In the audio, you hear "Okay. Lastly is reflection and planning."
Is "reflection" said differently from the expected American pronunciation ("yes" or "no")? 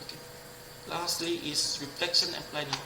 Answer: no